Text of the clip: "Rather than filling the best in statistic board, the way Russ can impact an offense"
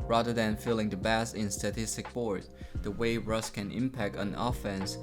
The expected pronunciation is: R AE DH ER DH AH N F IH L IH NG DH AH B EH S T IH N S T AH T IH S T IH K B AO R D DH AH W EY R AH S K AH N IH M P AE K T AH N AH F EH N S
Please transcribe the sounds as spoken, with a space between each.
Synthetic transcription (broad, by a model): R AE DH ER DH AH N F IH L IH NG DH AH B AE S IH N S T AH T IH S T IH K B AO R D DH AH W EY R AH S K AH N IH M P AE K T N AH F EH N S